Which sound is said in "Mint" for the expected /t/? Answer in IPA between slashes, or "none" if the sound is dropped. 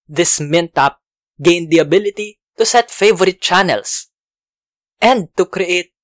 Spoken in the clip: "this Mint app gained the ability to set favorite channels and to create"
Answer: /t/